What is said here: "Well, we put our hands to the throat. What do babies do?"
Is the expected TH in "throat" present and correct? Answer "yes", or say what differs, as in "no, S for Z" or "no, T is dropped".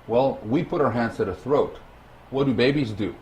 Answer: yes